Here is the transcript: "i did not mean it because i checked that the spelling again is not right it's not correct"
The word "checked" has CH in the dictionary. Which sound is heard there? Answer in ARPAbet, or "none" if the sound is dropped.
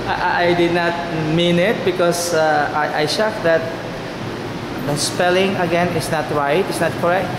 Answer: SH